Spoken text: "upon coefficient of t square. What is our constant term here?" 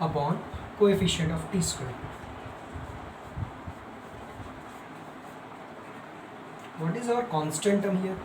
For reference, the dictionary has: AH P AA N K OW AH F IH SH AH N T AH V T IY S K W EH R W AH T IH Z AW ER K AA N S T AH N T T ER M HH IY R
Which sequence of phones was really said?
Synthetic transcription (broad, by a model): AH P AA N K OW AH F IH SH AH N T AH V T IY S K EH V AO T IH Z AW ER K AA N S T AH N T T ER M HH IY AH